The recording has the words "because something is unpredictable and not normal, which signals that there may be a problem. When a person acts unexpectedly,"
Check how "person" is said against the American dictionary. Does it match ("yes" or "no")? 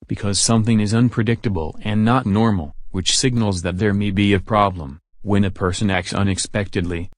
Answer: yes